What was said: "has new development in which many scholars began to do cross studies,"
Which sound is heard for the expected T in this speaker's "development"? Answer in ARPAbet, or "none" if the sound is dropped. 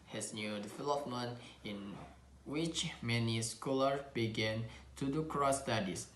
none